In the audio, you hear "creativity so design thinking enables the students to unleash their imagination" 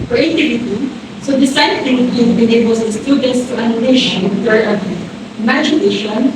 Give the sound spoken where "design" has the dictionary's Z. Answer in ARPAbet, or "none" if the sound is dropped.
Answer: S